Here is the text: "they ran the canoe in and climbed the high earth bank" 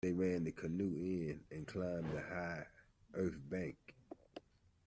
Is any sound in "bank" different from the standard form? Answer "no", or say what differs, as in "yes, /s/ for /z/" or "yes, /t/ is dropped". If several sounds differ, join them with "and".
no